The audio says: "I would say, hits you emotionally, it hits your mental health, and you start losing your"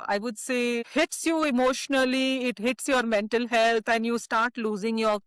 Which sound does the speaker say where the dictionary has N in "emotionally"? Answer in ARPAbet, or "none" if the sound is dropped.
N